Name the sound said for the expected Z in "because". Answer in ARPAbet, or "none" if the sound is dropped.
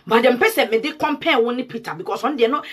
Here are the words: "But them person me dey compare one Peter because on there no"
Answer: S